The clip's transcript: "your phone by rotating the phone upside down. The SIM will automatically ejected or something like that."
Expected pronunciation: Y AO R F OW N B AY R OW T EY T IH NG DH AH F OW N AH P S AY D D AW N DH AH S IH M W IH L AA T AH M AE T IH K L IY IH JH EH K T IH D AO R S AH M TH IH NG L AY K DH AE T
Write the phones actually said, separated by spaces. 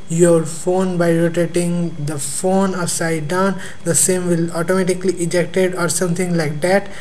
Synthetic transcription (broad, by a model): Y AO R F OW N B AY R OW T EY T IH NG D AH F OW N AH S AY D D AW N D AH S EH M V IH L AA T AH M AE T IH K L IY IH JH EH K T IH D AO R S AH M T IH NG L AY K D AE T